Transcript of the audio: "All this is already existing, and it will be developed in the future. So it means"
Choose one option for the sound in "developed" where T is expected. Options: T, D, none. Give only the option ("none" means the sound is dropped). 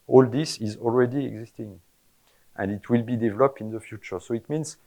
T